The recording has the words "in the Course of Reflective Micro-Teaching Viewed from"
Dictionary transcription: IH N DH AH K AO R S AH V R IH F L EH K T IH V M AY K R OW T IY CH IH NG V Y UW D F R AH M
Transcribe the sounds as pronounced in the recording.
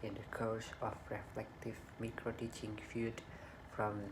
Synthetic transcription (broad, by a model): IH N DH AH K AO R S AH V R IH F L EH K T IH V M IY K R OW T IY CH IH NG F Y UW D F R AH M